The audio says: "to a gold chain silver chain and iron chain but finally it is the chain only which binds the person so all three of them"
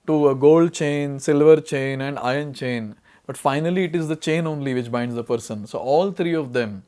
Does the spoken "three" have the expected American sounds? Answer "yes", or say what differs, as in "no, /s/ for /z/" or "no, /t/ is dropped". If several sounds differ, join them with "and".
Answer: no, /t/ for /θ/